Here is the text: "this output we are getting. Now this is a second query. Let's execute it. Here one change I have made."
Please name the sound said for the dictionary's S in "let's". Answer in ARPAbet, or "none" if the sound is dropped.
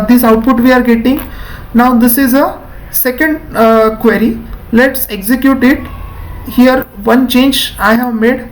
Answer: S